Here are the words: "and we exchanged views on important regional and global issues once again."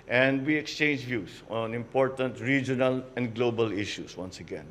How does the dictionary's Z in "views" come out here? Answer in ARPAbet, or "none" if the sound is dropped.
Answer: S